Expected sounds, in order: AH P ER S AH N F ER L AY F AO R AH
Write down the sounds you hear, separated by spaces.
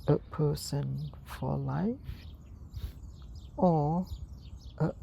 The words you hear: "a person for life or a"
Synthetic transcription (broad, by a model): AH P ER S AH N F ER L AY F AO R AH